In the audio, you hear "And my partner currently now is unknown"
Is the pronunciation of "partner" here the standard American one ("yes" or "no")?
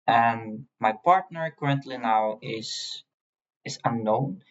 yes